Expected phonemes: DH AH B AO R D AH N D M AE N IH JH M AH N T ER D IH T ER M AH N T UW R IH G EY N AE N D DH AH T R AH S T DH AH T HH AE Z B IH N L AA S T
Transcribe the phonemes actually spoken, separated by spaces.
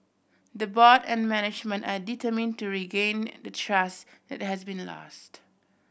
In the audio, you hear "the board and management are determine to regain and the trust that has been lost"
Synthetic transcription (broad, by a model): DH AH B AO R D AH N M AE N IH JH M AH N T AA D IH T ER M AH N T UW R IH G EY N N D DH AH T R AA S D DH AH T HH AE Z B IH N L AA S T